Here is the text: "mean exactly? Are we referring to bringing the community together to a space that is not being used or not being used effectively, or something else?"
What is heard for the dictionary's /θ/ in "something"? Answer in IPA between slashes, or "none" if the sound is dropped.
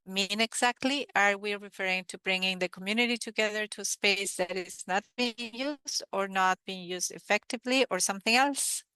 /θ/